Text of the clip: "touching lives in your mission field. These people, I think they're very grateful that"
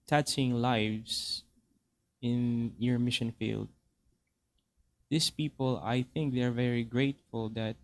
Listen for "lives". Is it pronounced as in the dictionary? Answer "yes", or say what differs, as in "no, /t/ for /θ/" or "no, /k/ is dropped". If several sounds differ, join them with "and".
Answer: no, /s/ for /z/